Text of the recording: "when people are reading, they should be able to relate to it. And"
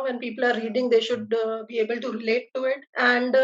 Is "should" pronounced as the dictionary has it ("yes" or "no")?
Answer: yes